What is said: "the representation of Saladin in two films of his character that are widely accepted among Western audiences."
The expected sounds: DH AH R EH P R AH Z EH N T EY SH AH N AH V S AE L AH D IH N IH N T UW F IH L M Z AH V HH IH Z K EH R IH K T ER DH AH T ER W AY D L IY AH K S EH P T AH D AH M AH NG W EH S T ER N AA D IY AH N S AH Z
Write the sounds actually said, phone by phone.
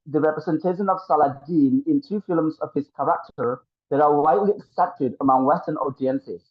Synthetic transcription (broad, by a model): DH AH R EH P R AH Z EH N T EY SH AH N AH V S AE L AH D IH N IH N T UW F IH L M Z AH V HH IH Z K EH R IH K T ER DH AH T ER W AY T L IY AH K S EH P T AH D AH M AH NG W EH S T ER N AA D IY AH N S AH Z